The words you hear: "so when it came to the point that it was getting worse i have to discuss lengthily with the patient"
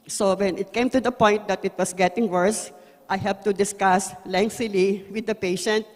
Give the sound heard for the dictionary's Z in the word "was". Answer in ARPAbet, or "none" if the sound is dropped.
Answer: S